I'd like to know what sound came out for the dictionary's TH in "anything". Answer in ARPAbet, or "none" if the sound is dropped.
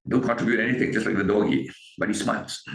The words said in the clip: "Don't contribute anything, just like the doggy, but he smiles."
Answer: T